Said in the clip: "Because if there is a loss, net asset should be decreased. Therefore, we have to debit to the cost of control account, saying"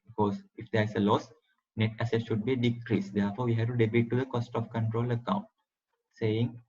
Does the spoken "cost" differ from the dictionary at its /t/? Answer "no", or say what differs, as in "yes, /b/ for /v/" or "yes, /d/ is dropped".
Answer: no